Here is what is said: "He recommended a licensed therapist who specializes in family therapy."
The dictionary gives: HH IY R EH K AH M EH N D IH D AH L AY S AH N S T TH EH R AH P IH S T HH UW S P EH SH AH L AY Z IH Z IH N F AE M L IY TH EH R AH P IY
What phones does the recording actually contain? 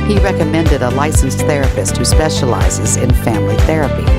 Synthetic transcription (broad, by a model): HH IY R EH K AH M EH N D IH D AH L AY S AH N S TH EH R AH P IH S T HH UW S P EH SH AH L AY Z IH Z IH N F AE M L IY TH EH R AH P IY